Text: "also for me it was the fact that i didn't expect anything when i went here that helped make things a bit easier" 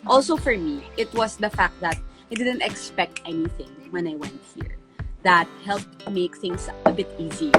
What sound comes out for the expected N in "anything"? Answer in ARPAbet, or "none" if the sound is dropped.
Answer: N